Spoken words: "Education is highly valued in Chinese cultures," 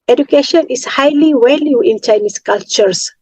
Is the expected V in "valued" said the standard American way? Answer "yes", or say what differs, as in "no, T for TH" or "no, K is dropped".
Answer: no, W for V